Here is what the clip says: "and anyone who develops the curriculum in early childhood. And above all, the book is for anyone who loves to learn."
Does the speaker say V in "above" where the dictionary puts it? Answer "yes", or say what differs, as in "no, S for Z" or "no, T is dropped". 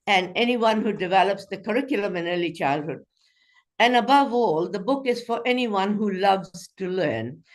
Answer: yes